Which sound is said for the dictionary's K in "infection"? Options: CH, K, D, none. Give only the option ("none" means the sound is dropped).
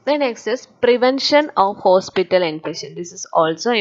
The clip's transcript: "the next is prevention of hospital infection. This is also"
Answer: none